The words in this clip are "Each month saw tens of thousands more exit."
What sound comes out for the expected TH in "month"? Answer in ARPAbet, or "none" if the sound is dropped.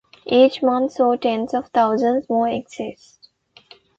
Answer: T